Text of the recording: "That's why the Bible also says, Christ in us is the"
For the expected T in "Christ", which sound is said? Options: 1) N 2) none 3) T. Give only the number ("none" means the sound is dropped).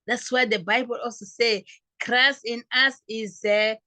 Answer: 2